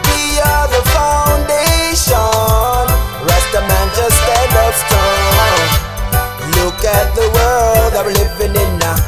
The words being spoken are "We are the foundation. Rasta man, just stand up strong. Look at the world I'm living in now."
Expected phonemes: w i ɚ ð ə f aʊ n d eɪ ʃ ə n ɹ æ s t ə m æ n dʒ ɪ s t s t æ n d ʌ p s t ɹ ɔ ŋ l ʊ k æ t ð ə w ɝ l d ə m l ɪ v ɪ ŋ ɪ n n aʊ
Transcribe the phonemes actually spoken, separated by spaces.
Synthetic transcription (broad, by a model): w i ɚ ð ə f aʊ n d eɪ ʃ ə n ɹ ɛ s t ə m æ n tʃ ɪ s s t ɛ d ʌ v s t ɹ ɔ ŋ l ʊ k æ t ð ə w ɝ l d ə l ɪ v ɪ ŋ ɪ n n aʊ